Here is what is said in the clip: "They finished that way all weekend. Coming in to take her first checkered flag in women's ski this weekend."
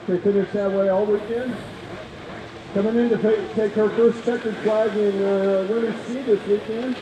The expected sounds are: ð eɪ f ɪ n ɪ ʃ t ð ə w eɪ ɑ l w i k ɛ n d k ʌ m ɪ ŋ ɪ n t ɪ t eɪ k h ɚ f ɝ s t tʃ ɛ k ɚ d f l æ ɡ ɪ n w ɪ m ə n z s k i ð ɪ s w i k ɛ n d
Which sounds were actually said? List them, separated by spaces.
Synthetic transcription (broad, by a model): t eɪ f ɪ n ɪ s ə w eɪ ɑ l w i k ɛ n d k ʌ m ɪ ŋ ɪ n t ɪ t eɪ k h ɚ f ɝ s t s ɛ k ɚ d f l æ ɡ ɪ n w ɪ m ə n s i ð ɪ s w i k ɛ n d